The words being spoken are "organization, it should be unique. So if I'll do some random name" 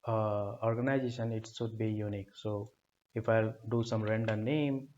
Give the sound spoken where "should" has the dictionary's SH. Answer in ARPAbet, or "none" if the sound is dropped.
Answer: S